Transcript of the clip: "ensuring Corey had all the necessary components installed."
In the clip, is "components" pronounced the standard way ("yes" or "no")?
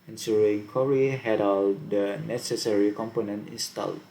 no